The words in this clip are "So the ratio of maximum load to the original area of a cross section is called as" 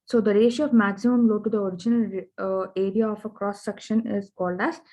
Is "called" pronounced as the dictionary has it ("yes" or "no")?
yes